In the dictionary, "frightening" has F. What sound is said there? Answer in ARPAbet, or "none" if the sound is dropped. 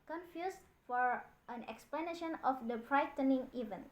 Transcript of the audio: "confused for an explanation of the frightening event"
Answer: P